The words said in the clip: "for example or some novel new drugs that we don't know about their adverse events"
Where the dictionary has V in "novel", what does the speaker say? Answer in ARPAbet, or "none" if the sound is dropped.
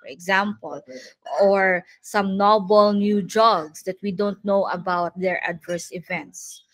B